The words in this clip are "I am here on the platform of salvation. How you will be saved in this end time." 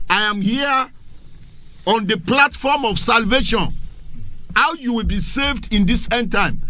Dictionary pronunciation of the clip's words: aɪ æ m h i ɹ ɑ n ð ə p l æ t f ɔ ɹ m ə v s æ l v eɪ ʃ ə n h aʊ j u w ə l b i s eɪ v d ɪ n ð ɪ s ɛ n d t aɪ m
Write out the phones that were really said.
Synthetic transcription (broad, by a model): aɪ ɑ m h i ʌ ɑ n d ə p l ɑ t f ɔ m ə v s æ l v eɪ ʃ ə n h aʊ j u w ə l b i s eɪ v d ɪ n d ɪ s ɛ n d t aɪ m